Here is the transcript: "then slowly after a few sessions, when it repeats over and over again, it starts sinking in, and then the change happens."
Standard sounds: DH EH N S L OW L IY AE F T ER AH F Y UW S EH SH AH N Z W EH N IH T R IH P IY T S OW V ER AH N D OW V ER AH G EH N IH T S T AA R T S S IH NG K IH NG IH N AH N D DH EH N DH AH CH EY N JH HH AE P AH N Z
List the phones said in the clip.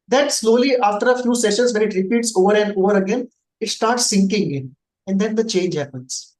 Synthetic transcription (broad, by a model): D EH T S L OW L IY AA F T ER AH F Y UW S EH SH AH N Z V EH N IH T R IH P IY T S OW V ER AH N D OW V ER AH G EH N IH T S T AA R T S S IH NG K IH NG IH N AH N D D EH N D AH CH EY N JH HH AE P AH N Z